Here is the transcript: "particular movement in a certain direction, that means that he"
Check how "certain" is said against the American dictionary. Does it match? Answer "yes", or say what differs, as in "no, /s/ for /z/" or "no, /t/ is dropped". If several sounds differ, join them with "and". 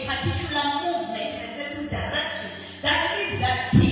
no, /s/ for /t/